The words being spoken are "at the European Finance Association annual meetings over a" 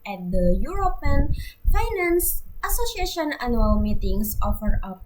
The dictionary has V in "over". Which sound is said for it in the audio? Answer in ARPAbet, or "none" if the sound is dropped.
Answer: F